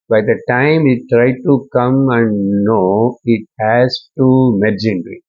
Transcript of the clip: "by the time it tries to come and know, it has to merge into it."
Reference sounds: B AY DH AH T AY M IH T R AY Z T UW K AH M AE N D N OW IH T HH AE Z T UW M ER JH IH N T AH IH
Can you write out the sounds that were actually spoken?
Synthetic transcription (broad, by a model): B AY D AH T AY M IH T R AY T UW K AH M AE N D N OW IH T HH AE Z T UW M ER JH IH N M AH